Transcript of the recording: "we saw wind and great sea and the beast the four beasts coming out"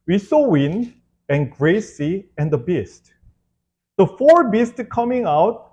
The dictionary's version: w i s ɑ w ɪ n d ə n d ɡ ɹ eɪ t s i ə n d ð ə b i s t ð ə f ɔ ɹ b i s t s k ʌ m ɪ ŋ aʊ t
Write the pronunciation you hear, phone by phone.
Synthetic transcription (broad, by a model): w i s ɑ w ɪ n ə n ɡ ɹ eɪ s i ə n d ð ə b i s t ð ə f ɔ ɹ b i s t k ʌ m ɪ ŋ aʊ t